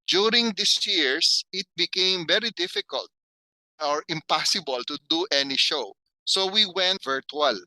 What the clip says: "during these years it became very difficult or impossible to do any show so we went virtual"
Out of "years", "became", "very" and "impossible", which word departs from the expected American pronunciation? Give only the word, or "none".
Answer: years